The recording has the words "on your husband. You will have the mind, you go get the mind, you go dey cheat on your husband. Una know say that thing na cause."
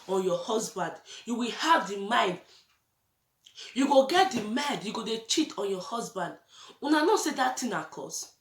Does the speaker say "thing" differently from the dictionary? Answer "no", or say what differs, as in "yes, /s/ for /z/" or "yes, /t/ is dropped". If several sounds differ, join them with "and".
yes, /t/ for /θ/